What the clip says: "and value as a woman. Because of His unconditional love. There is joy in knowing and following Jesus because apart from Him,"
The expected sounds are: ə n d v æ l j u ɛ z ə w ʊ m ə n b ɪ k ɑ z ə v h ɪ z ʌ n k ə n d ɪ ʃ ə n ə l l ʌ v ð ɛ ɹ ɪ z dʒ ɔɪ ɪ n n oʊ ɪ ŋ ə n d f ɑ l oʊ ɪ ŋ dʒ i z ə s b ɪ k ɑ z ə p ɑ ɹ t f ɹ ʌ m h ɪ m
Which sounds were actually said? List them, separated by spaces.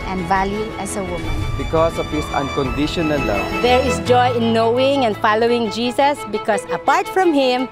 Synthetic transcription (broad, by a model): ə n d v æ l j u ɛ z ə w ʊ m ə n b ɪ k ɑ s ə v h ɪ s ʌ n k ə n d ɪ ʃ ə n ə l l ʌ v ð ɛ ɹ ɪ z dʒ ɔɪ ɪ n n oʊ ɪ ŋ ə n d f ɑ l oʊ ɪ ŋ dʒ i s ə s b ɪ k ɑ s ə p ɑ ɹ t f ɹ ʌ m h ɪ m